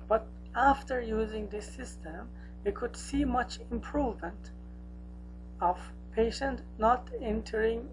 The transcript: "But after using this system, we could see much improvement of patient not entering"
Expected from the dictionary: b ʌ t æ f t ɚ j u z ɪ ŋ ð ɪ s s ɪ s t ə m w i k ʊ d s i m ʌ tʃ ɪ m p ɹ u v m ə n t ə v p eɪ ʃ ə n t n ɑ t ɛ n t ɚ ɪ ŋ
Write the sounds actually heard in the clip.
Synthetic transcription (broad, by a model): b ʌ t æ f t ɚ j u z ɪ ŋ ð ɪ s s ɪ s t ə m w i k ʊ d s i m ʌ tʃ ɪ m p ɹ u v m ə n t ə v p eɪ ʃ ə n t n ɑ t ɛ n t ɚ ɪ ŋ